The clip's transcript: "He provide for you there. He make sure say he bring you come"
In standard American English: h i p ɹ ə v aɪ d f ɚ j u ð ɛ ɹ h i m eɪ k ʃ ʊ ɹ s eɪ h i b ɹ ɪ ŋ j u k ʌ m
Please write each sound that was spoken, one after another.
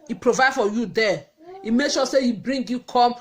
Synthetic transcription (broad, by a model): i p ɹ ə v aɪ d f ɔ j u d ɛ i m eɪ k ʃ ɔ s eɪ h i b ɹ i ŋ j u k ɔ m